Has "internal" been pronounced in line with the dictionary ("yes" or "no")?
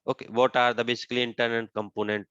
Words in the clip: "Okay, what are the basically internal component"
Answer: no